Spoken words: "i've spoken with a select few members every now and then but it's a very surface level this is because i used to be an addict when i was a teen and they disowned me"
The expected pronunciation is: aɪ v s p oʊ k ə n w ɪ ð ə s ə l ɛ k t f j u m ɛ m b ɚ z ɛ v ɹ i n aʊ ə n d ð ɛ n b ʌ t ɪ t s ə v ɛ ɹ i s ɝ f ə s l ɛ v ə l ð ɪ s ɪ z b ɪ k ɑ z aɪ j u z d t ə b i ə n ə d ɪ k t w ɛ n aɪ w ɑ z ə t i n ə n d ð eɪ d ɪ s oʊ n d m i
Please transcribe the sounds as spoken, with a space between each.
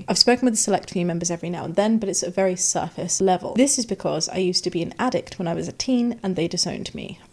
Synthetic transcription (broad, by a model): aɪ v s p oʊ k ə n w ɪ ð ə s ə l ɛ k t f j m ɛ m b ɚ z ɛ v ɹ i n aʊ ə n ð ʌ n b ʌ t ɪ t s ə v ɛ ɹ i s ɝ f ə s l ɛ v ə l ð ɪ s ɪ z b ɪ k ɑ z aɪ j u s t ə b i ə n ə d ɪ k t w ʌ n aɪ w ɑ z ə t i n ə n ð eɪ d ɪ s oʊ n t m i